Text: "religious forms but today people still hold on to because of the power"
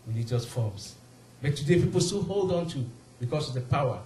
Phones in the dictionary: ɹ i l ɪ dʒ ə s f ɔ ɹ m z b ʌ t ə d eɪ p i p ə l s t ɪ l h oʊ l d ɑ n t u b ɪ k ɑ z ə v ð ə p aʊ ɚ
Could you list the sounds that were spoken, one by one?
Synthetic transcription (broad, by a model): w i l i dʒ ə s f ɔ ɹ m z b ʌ t ə d eɪ p i p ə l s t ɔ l h oʊ l d ɑ n t u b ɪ k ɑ s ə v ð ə p aʊ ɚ